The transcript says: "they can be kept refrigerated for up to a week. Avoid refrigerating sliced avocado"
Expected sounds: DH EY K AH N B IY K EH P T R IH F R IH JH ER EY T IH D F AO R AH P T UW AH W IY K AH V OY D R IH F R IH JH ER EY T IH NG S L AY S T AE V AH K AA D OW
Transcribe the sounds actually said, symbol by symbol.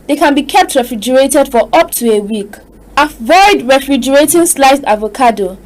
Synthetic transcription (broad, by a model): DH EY K AH N B IY K EH P T R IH F R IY JH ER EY T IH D F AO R AH P T UW AH W IY K AH V OY D R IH F R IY JH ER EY T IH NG S L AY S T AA V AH K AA D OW